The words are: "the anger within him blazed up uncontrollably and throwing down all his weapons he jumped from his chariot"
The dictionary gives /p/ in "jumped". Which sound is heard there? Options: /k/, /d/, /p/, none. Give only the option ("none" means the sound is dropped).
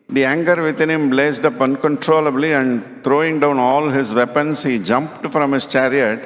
/p/